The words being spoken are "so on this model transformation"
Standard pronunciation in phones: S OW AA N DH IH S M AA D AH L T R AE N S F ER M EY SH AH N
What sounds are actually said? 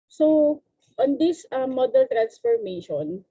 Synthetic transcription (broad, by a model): S OW AA N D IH S M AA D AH N T R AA N S F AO M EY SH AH N